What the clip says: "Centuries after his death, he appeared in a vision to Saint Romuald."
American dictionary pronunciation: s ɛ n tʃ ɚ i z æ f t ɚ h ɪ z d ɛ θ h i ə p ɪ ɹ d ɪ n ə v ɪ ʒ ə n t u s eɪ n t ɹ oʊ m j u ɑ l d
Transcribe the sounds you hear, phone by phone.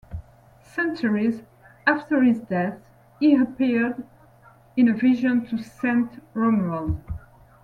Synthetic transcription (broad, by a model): s ɛ n tʃ ɚ i z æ f t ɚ h ɪ z d ɛ θ h i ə p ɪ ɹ d ɪ n ə v ɪ ʒ ə n t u s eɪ n t ɹ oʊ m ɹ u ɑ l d